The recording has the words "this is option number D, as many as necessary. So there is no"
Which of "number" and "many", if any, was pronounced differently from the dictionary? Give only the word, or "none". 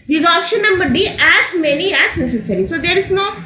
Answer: none